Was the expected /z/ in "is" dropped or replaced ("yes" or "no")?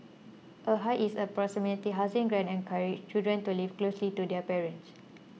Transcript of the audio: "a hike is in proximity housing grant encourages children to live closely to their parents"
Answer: yes